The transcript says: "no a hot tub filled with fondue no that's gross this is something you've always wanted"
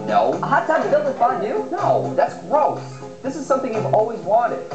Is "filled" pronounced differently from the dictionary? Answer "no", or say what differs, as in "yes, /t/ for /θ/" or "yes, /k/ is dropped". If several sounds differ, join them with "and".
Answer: yes, /l/ is dropped